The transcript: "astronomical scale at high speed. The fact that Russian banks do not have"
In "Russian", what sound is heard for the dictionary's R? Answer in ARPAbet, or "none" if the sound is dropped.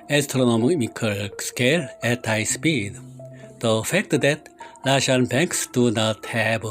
L